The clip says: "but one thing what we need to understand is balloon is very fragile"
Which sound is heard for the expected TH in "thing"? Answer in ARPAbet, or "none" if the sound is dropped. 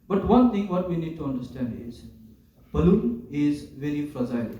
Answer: T